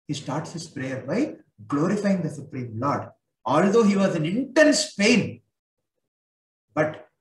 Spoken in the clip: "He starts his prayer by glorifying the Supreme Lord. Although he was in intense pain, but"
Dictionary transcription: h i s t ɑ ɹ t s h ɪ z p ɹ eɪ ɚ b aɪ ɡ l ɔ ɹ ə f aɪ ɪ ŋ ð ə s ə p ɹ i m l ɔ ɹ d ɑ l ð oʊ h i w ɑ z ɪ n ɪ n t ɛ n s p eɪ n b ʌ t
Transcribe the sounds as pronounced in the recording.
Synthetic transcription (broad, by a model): h i s t ɑ ɹ t s h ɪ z p ɹ eɪ ɚ b aɪ ɡ l ɔ ɹ ə f aɪ ɪ ŋ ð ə s ə p ɹ i m l ɔ ɹ d ɑ l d oʊ h i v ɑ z ɪ n ɪ n t ɛ n s p eɪ n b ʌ t